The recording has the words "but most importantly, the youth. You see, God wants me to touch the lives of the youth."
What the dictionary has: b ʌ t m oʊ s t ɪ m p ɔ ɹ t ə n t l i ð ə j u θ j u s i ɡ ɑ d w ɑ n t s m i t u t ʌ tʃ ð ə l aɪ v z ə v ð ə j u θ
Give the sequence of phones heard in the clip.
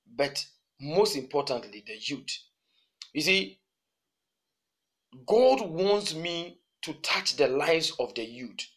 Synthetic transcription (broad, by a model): b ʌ t m oʊ s t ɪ m p ɔ t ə n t l i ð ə j u t j u s i ɡ ɑ d w ɑ n t s m i t u t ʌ tʃ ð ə l aɪ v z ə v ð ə j u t